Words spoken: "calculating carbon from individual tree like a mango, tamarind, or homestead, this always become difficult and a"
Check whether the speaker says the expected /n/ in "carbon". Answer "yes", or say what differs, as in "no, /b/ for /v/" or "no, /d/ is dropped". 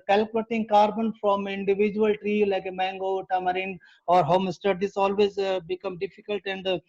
yes